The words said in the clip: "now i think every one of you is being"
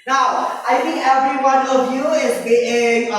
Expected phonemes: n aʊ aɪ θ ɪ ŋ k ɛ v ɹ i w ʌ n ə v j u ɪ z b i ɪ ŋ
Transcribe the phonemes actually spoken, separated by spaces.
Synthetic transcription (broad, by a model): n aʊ aɪ t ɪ ŋ k ɛ v ɹ i w ʌ n ə v j u ɪ z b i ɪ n